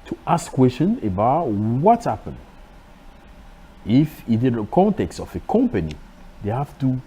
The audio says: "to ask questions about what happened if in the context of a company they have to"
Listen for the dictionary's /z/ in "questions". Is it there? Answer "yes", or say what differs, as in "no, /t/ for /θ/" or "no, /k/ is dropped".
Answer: no, /z/ is dropped